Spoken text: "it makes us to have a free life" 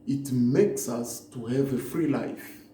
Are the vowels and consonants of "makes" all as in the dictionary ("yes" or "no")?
yes